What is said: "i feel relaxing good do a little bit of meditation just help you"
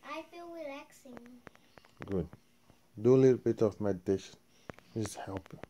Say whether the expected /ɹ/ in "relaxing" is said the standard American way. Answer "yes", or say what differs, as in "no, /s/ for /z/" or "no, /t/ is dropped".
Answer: no, /w/ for /ɹ/